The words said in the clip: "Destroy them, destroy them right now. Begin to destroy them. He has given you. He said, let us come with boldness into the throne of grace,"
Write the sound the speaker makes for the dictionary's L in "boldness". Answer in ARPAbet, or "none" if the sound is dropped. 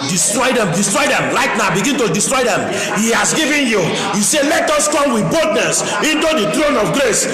none